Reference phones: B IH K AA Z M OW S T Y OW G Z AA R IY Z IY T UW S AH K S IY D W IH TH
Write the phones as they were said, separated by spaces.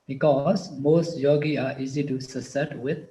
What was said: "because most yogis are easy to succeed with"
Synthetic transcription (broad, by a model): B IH K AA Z M OW S T Y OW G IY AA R IY Z IY T UW S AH S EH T W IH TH